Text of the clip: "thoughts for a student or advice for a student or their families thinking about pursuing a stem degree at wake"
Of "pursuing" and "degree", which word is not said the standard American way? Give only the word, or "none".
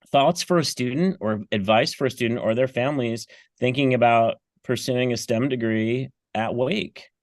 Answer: none